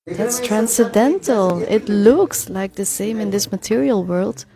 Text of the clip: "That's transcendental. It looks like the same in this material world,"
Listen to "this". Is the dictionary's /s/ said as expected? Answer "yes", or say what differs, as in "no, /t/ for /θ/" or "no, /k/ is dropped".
yes